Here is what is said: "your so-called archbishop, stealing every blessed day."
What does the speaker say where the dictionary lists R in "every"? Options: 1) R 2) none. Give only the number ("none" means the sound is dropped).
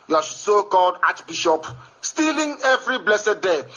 1